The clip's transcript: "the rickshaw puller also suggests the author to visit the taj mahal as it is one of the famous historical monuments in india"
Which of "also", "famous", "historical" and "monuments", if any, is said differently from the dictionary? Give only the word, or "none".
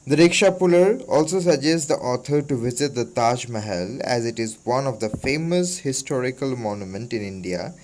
monuments